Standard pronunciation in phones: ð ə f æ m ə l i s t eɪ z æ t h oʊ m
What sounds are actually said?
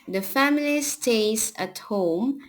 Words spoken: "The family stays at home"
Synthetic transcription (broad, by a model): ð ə f æ m ə l i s t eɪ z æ t h oʊ m